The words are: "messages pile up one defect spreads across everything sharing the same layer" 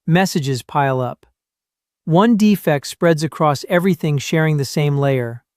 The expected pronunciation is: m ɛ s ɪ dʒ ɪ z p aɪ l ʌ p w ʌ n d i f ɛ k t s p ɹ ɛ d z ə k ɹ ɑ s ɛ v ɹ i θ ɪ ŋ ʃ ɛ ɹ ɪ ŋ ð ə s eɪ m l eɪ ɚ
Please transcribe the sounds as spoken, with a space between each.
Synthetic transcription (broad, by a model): m ɛ s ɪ dʒ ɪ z p aɪ l ʌ p w ʌ n d i f ɛ k t s p ɹ ɛ d z ə k ɹ ɑ s ɛ v ɹ i θ ɪ ŋ ʃ ɛ ɹ ɪ ŋ ð ə s eɪ m l eɪ ɚ